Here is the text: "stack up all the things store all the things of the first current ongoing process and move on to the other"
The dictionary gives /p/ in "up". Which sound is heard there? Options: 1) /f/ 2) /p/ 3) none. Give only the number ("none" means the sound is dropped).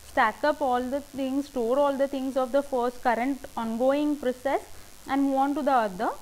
2